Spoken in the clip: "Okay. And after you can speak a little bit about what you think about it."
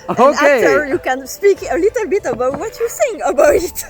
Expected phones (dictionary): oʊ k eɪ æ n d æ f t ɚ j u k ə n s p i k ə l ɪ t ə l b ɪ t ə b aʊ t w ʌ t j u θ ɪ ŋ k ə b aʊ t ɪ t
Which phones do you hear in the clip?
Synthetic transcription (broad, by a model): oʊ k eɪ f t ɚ j u k ə n s p i k ə l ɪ t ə l b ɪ t ə b aʊ t w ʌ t j u s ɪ ŋ ə b aʊ t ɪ t